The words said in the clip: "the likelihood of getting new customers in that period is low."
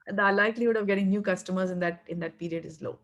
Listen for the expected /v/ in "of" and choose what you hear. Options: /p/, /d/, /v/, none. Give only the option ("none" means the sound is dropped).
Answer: /v/